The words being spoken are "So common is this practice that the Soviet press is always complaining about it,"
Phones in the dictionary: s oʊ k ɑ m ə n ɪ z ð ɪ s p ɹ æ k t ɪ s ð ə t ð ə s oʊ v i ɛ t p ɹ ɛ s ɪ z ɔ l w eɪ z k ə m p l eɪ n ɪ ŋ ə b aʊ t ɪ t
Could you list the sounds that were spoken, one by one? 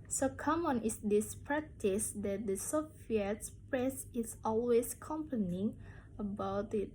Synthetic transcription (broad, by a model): s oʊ k ɑ m ə n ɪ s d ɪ s p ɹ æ k t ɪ s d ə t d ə s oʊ f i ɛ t p ɹ ɛ s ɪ s ɔ l w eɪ s k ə m p ʌ n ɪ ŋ ə b aʊ t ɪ t